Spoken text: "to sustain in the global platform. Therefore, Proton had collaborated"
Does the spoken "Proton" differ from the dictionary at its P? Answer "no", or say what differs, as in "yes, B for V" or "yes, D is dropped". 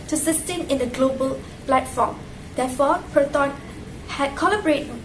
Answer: no